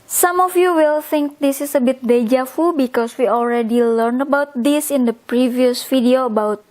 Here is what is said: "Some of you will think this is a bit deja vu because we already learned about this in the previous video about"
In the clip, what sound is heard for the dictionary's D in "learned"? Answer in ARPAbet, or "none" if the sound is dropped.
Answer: none